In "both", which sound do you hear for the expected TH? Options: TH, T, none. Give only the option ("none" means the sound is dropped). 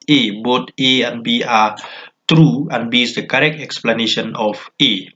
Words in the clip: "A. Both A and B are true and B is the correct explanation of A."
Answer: T